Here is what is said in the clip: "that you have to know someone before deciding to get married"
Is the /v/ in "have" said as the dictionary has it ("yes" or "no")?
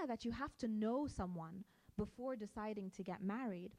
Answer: no